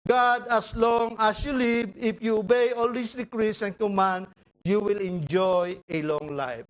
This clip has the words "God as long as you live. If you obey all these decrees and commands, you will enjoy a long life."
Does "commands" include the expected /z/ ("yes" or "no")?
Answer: no